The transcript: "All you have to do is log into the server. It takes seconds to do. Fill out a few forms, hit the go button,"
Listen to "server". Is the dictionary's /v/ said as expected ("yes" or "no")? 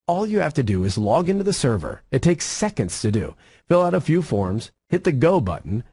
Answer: yes